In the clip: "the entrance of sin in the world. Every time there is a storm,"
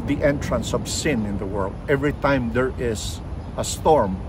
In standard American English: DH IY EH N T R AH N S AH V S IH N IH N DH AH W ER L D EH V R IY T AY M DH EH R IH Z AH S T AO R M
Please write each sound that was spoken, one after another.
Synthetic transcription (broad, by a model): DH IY EH N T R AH N S AH V S IH N IH N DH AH W ER L D EH V R IY T AY M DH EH R IH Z AH S T AO R M